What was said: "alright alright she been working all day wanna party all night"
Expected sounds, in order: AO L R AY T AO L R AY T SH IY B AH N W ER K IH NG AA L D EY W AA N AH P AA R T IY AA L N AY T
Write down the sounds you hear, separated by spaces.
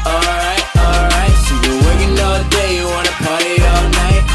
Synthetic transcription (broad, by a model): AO L R AY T AO L R AY T S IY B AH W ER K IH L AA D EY W AA N AH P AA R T AA L N AY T